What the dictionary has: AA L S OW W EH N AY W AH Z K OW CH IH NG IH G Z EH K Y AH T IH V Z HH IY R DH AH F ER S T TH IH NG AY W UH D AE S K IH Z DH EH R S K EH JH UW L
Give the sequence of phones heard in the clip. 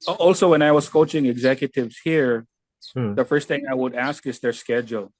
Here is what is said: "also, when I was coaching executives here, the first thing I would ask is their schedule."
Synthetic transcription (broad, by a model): AA L S OW W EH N AY W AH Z K OW CH IH NG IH G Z EH K Y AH T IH V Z HH IY R DH AH F ER S T TH IH NG AY W UH D AE S K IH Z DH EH R S K EH JH L